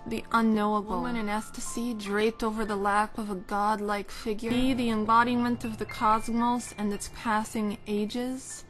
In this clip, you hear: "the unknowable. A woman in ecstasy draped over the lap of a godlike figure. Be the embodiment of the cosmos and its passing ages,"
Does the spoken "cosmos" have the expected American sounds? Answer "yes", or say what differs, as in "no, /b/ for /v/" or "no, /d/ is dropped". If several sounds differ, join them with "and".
yes